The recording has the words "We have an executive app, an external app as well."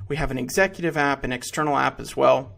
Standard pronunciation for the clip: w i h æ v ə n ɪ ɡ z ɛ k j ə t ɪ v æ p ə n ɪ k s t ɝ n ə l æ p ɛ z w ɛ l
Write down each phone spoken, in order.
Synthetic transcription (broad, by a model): w i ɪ v ə n ɪ ɡ z ɛ k j ə t ɪ v æ p ə n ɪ k s t ɝ n l æ p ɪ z w ɛ l